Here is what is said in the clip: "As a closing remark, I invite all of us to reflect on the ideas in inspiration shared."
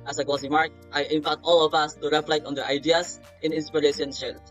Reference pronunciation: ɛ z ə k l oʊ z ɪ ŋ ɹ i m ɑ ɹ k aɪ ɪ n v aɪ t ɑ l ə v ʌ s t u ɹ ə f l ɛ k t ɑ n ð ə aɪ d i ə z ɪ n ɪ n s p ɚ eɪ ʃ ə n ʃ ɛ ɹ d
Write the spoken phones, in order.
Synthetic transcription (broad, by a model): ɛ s ə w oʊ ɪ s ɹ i m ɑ ɹ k aɪ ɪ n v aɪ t ɑ l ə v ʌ s t u ɹ ə f l ɛ k t ɑ n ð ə aɪ d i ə s ɪ n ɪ n s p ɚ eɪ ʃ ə n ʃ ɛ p